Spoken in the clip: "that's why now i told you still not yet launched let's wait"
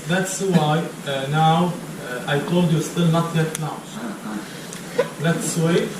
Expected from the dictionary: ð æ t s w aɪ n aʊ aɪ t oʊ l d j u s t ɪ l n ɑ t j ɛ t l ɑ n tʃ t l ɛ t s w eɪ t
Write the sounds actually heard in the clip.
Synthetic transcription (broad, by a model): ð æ t s w aɪ n aʊ aɪ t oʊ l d j u s t ɪ l n ɑ t j ɛ t n ɑ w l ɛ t s w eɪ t